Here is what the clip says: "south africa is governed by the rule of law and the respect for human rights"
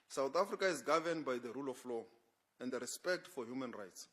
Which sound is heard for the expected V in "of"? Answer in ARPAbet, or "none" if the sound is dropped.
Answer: F